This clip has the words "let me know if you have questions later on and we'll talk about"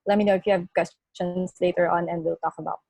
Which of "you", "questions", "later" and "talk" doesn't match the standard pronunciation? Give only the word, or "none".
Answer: questions